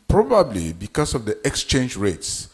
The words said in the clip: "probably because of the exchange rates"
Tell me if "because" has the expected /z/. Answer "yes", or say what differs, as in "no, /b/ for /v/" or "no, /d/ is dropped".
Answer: no, /s/ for /z/